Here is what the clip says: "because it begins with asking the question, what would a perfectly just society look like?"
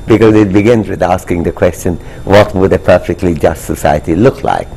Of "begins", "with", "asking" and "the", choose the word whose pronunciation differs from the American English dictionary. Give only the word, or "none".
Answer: none